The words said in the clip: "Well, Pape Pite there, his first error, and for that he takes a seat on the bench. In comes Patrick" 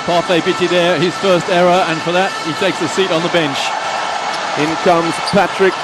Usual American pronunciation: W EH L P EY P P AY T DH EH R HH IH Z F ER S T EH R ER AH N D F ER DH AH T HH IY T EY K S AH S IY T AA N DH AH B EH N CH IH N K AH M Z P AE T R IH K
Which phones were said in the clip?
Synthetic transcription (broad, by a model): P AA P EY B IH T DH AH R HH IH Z F ER S T EH R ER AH N F ER DH AH T HH IY T EY K S AH S IY T N DH AH B EH N CH IH N K AH M Z P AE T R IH K